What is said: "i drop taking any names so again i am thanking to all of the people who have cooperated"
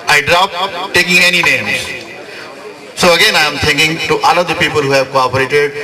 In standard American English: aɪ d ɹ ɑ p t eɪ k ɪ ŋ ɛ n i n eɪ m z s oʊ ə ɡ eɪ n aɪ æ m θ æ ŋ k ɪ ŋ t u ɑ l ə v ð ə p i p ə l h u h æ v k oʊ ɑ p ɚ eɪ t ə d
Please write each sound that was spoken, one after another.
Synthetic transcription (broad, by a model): aɪ d ɹ ɑ p t eɪ k ɪ ŋ ɛ n i n eɪ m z s oʊ ə ɡ eɪ n aɪ m t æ ŋ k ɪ ŋ t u ɑ l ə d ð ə p i p ə l h u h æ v k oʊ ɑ p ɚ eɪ t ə d